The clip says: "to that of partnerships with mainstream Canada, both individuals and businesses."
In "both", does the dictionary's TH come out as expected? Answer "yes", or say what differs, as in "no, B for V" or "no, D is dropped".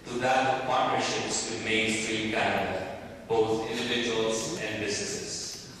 no, T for TH